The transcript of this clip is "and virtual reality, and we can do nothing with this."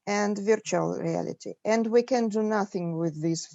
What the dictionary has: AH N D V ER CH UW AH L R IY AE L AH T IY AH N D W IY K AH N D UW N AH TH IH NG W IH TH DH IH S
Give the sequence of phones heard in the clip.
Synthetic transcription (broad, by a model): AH N D V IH CH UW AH L R IY AE L AH T IY AH N D W IY K AH N D UW N AH TH IH NG W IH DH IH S